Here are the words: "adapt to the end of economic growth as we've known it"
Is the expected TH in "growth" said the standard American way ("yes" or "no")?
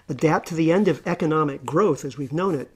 yes